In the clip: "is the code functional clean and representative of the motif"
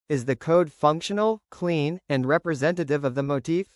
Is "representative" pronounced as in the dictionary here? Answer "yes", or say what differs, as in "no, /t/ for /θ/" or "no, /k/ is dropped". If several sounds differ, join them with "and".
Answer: yes